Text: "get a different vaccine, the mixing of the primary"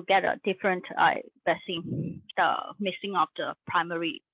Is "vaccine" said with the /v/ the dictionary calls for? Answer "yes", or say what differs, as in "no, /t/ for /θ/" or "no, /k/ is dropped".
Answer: no, /b/ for /v/